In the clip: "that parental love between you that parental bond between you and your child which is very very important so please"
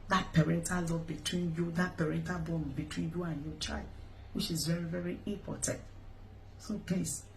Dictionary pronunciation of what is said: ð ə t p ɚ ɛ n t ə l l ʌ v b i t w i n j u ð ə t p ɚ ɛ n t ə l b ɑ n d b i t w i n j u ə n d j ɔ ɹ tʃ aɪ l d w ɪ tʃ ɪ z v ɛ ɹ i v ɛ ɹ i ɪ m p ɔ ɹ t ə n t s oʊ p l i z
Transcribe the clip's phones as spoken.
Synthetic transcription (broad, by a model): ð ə t p ɚ ɛ n t ə l l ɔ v b i t w i n j u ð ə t p ɚ ɛ n t ə l b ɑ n b i t w i n j u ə n j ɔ tʃ aɪ l d w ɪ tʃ ɪ z v ɛ ɹ i v ɛ ɹ i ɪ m p ɔ t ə n t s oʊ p l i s